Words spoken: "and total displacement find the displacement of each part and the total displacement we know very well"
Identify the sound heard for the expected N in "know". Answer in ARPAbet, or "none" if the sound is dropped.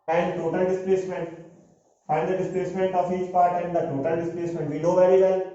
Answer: L